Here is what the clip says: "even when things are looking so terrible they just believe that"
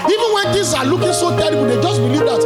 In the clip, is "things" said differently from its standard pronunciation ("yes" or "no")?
yes